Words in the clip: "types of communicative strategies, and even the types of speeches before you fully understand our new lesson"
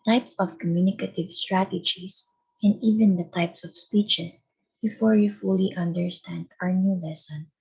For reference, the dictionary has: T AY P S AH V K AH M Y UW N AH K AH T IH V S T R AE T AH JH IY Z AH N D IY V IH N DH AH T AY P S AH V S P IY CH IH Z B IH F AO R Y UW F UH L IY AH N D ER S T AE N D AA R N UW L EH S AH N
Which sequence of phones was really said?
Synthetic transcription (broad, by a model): T AY P S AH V K AH M Y UW N AH K AH T IH V S T R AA T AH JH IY S AH N D IY V IH N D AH T AY P S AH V S P IY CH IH S B IH F AO R Y UW F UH L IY AH N D ER S T AE N D AA R N UW L EH S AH N